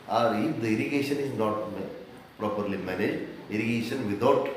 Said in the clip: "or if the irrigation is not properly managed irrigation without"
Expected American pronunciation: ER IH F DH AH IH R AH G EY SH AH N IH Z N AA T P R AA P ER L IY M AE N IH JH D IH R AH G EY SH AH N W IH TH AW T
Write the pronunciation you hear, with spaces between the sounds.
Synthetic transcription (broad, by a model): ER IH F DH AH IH R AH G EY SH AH N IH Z N AA T P R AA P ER L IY M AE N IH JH EH R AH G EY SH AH N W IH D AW T